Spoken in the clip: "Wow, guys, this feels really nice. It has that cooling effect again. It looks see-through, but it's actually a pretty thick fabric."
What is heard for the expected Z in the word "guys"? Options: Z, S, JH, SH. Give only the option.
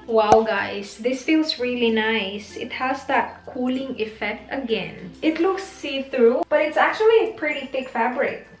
S